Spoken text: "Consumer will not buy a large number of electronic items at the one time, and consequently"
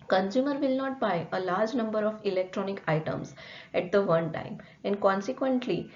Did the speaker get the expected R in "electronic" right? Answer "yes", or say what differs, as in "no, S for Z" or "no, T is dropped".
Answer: yes